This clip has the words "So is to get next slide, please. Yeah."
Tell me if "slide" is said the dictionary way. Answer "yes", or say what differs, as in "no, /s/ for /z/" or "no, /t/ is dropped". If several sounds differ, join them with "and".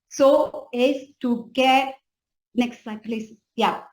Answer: no, /l/ is dropped